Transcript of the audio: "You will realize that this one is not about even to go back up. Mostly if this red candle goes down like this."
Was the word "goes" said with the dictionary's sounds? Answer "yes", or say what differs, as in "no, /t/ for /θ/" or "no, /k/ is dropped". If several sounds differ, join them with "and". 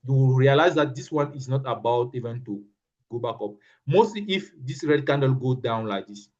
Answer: no, /z/ is dropped